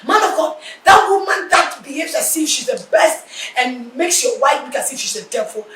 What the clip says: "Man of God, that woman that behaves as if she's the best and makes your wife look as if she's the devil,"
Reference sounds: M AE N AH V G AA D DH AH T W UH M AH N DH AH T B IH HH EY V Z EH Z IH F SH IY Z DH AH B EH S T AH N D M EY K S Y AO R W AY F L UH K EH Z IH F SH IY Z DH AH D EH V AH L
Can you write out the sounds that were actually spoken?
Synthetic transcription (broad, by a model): M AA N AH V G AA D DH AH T W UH M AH N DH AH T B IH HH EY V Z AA S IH SH IY Z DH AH B EH S T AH N M EY K S Y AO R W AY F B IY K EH S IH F SH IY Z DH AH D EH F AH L